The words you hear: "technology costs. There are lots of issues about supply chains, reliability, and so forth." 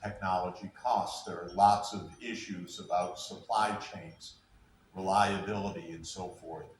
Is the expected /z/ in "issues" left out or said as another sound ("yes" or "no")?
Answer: no